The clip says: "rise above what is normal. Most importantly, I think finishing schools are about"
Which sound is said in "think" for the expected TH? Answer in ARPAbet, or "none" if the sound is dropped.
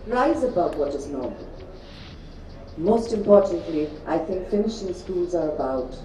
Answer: TH